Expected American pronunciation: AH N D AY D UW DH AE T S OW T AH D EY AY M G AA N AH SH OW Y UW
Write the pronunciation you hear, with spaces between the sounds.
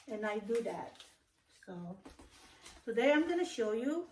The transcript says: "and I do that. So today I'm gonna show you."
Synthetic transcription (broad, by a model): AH N AY D UW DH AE T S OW S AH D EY AY M G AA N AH SH OW Y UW